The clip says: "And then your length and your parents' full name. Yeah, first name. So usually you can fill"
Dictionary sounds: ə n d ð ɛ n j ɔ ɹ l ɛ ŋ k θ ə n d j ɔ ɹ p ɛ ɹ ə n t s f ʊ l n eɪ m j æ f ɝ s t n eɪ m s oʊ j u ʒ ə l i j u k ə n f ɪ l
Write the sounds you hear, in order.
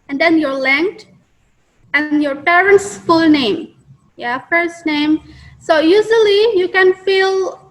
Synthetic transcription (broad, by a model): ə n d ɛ n j ɔ ɹ l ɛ ŋ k t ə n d j ɔ ɹ p ɛ ɹ ə n t s f ʊ l n eɪ m j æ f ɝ s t n eɪ m s oʊ j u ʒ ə l i j u k ə n f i l